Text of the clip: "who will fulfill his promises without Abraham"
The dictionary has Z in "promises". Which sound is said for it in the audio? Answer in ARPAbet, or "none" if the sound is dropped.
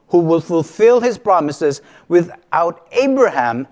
Z